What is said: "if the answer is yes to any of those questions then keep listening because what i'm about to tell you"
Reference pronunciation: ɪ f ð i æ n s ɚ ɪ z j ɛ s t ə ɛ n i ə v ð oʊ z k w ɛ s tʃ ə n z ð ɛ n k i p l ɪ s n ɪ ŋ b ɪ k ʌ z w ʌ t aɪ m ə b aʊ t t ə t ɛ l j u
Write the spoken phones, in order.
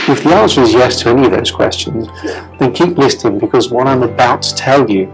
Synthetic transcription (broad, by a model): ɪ f ð i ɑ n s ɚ ɪ z j ɛ s t ə ɛ n i ə v ð oʊ z k w ɛ s tʃ ə n z ð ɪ n k i p l ɪ s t ɪ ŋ b ɪ k ʌ z w ʌ t aɪ m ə b aʊ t t ə t ɛ l j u